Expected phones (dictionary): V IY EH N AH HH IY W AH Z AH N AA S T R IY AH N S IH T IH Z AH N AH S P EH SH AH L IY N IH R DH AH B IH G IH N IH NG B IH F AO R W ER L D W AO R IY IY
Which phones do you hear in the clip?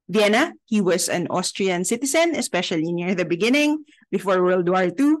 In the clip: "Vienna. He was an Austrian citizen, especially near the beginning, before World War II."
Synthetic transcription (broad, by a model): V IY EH N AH HH IY W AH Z AH N AA S T R IY AH N S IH T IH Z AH N AH S P EH SH AH L IY N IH R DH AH B IH G IH N IH NG B IH F AO R W ER L D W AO R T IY